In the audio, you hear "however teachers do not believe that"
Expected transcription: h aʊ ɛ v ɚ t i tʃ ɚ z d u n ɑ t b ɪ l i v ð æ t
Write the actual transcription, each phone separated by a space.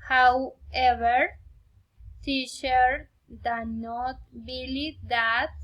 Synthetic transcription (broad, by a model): h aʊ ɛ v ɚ s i ʃ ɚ d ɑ n ɑ t b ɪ l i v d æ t